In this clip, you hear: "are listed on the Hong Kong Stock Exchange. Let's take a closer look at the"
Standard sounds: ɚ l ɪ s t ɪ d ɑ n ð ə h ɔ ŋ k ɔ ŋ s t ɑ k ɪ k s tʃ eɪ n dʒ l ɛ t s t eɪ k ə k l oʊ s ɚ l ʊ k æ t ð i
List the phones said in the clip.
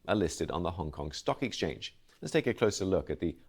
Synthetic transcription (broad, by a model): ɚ l ɪ s t ɪ d n ð ə h ɔ ŋ k ɔ ŋ s t ɑ k ɪ k s tʃ eɪ n dʒ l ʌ t s t eɪ k ə k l oʊ s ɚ l ʊ k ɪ t ð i